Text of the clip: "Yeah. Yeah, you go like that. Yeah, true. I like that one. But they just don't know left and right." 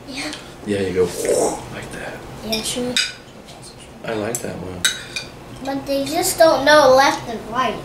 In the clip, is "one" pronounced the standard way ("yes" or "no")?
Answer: no